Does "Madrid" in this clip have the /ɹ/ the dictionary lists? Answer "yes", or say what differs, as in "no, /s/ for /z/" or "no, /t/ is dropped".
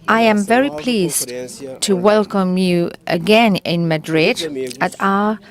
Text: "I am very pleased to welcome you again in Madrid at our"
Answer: yes